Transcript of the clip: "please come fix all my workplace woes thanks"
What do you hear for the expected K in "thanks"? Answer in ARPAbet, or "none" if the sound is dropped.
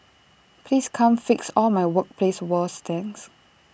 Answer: none